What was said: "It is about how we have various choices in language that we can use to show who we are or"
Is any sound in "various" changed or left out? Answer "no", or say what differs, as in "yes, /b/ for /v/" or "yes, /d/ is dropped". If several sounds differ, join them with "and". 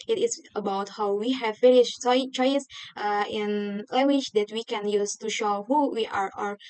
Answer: yes, /s/ is dropped